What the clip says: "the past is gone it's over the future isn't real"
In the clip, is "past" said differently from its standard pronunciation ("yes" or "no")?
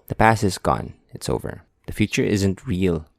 yes